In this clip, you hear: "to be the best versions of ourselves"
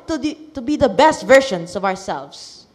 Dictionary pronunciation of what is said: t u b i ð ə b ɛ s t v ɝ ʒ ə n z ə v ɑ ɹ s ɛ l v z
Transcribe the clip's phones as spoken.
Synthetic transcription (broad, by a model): t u b i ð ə b ɛ s t v ɝ ʃ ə n s ə v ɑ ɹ s ɛ l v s